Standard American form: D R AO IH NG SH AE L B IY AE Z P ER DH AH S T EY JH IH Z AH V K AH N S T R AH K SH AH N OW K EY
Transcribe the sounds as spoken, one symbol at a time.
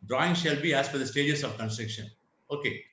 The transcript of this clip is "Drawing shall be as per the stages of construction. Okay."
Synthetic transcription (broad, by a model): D R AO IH NG SH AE L B IY AE Z F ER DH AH S T EY JH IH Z AH V K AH N S T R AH K SH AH N OW K EY